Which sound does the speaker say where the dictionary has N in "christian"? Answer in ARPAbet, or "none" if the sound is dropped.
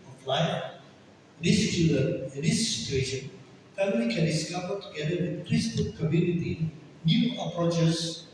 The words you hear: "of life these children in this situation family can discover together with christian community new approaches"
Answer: L